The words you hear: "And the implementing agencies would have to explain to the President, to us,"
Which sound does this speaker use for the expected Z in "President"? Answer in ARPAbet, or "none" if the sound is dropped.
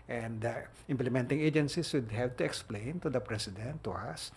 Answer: S